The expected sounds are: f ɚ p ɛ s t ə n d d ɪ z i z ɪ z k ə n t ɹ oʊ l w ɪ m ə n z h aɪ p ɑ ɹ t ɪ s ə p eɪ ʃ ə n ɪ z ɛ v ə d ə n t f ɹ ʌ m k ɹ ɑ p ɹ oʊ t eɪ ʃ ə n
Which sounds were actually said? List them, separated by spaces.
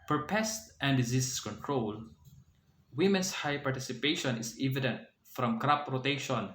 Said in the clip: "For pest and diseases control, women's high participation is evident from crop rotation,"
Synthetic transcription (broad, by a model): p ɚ p ɛ s t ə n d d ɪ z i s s k ə n t ɹ oʊ l w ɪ m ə n s h aɪ p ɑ ɹ t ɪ s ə p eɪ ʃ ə n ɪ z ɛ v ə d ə n t f ɹ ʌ m k ɹ ɑ p ɹ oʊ t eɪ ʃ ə n